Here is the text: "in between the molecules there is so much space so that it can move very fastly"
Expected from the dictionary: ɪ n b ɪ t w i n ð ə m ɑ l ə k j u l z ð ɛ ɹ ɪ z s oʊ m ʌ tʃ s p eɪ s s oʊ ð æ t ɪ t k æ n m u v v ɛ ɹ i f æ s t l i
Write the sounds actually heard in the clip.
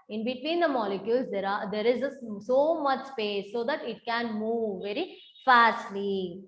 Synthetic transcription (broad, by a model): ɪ n b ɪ t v i n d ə m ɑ l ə k j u l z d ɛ ɹ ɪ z s oʊ m ʌ tʃ s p eɪ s s oʊ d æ t ɪ t k æ n m u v v ɛ ɹ i f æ s t l i